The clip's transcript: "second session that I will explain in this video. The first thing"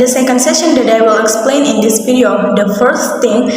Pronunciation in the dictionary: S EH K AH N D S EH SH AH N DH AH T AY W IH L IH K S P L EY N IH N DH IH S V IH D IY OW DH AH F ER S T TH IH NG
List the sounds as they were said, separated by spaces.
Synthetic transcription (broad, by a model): S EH K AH N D S EH SH AH N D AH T AY W IH L IH K S P L EY N IH N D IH S P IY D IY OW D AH F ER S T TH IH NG